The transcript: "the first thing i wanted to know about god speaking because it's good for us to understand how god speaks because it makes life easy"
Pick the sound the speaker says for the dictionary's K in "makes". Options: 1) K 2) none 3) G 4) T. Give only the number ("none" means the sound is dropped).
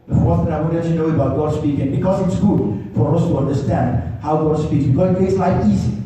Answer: 2